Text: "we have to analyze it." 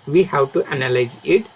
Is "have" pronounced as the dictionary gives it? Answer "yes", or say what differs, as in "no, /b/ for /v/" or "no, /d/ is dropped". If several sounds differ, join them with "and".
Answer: no, /w/ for /v/